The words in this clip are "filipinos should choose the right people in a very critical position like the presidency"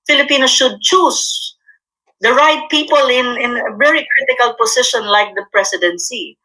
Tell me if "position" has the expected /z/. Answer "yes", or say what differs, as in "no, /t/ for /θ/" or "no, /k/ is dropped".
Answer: no, /s/ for /z/